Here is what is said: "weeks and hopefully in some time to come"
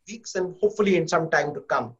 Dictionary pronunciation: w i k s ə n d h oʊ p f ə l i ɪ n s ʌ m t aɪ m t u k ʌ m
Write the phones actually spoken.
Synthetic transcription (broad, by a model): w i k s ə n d h oʊ p f ə l i ɪ n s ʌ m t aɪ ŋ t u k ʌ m